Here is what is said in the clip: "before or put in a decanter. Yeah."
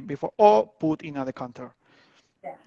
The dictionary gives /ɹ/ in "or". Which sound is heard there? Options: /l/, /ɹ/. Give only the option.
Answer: /l/